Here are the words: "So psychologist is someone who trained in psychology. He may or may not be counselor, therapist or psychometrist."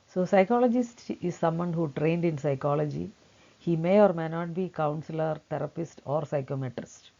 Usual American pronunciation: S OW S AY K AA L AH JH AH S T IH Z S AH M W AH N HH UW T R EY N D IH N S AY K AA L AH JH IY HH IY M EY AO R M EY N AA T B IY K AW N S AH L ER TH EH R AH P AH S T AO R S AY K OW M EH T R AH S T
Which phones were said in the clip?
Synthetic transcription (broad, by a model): S OW S AY K AA L AH JH AH S T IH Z S AH M W AH N HH UW T R EY N D IH N S AY K AA L AH JH IY HH IY M EY AO R M EY N AA T B IY K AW N S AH L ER T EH R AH P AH S T AO R S AY K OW M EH T R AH S T